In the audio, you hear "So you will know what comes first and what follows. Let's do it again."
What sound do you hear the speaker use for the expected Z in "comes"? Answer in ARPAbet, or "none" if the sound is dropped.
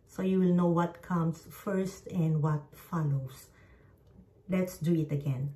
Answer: S